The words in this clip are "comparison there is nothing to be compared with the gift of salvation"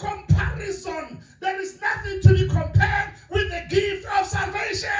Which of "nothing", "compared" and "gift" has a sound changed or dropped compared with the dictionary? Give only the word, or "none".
none